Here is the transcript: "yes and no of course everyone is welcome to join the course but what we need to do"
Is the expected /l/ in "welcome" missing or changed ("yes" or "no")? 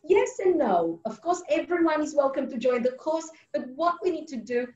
no